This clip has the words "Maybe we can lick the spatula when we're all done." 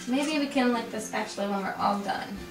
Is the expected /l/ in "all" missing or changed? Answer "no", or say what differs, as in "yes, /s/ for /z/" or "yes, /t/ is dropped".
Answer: no